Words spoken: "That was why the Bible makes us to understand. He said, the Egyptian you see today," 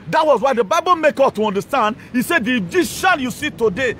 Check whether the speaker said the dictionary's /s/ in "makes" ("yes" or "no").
no